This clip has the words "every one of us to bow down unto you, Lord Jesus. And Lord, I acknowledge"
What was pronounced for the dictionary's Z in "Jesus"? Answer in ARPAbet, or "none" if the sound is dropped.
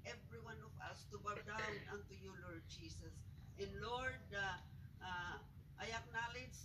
S